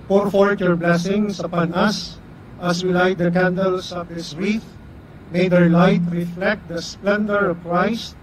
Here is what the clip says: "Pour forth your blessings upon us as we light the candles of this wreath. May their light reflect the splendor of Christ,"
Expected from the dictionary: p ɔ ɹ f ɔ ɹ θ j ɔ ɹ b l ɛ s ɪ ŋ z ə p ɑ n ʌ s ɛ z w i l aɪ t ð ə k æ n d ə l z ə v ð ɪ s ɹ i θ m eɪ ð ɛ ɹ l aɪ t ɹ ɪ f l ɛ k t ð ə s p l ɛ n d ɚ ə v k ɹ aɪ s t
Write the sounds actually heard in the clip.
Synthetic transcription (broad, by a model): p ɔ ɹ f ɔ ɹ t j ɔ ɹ b l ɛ s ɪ ŋ s ə p ɑ n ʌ s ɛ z w i l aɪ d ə k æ n d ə l s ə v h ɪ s ɹ i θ m eɪ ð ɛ ɹ l aɪ t ɹ ɪ f l ɛ k t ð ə s p l ɛ n d ɚ ə v k ɹ aɪ s t